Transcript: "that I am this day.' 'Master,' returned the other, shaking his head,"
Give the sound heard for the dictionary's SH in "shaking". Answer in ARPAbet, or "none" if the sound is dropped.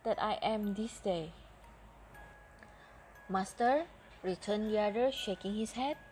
SH